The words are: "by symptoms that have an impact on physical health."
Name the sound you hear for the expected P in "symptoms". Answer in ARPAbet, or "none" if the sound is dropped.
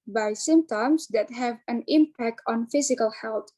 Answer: none